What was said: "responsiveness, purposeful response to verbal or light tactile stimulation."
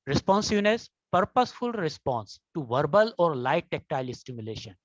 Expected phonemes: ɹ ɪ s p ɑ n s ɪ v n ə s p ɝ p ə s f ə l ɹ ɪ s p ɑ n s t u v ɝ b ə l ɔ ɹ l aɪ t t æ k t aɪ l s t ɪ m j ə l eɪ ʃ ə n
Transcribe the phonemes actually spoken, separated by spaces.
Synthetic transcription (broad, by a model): ɹ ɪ s p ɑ n s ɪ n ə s p ɝ p ə s f ə l ɹ ɪ s p ɑ n s t u v ɝ b ə l ɔ ɹ l aɪ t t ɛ k t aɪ l s t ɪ m j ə l eɪ ʃ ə n